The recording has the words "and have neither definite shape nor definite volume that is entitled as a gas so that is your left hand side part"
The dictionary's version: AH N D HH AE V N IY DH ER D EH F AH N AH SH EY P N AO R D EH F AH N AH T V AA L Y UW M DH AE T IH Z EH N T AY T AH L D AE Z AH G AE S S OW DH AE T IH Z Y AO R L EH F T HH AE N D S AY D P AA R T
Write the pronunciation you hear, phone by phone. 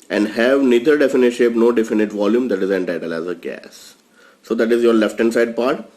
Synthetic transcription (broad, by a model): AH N D HH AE V N IY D ER D EH F AH N AH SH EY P N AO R D EH F AH N AH T V AA L Y UW M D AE T IH Z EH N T AY T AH L AE Z AH G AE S S OW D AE T IH Z Y AO R L EH F T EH N S AY D P AA R T